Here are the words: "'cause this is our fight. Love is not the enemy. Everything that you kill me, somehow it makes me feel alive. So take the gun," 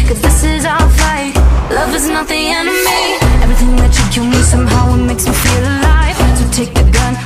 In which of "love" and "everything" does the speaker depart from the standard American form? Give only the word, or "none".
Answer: none